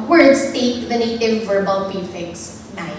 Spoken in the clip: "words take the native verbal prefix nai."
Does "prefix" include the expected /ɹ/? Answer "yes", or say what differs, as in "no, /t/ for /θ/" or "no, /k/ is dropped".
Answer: no, /ɹ/ is dropped